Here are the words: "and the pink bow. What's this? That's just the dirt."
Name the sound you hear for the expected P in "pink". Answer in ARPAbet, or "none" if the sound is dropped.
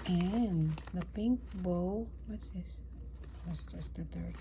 P